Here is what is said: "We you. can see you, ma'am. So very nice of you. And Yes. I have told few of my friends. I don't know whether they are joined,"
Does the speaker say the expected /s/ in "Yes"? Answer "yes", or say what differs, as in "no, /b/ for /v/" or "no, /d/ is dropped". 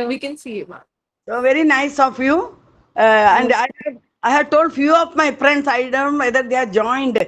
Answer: no, /s/ is dropped